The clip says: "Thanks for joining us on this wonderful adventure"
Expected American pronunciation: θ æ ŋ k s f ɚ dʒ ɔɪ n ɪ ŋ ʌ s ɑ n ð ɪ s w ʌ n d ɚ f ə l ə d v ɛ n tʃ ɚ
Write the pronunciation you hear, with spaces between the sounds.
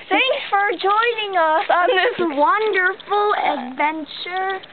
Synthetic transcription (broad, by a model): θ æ ŋ k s f ɚ dʒ ɔɪ n ɪ ŋ ʌ s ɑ n ð ɪ s w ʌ n d ɚ f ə l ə d v ɛ n tʃ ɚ